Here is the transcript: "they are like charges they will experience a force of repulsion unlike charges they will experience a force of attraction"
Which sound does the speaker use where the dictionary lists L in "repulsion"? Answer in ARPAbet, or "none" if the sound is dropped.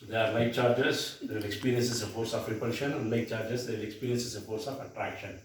none